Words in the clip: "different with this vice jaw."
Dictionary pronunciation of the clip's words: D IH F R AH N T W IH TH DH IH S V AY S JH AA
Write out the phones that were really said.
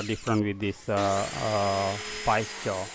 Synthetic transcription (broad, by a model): D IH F R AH N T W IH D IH S P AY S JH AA